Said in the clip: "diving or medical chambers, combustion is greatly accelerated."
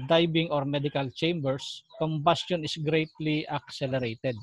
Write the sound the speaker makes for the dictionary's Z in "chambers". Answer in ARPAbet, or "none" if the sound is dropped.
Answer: S